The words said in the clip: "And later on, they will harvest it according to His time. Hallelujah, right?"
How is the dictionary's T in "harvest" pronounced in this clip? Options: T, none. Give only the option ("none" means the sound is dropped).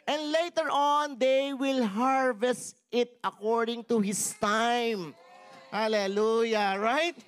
T